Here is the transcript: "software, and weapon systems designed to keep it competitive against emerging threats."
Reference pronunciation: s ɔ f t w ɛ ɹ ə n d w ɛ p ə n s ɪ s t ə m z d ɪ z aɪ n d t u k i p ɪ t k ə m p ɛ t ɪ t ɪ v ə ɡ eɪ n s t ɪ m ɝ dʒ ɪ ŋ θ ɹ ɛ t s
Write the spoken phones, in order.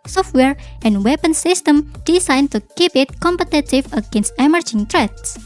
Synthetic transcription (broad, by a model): s ɔ f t w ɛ ɹ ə n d w ɛ p ə n s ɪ s t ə m d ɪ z aɪ n t u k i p ɪ t k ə m p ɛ t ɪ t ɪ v ə ɡ eɪ n s t ɪ m ɝ dʒ ɪ ŋ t ɹ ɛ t s